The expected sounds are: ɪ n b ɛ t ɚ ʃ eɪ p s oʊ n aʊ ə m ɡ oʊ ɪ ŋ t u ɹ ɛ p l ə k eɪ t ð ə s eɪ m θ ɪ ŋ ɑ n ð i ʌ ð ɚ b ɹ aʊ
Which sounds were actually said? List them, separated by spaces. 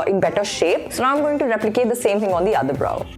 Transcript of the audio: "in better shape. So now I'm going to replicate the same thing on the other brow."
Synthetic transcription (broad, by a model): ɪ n b ɛ t ɚ ʃ eɪ p s oʊ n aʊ ə m ɡ oʊ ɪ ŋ t u ɹ ɛ p l ə k eɪ t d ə s eɪ m t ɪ ŋ ɑ n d i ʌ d ɚ b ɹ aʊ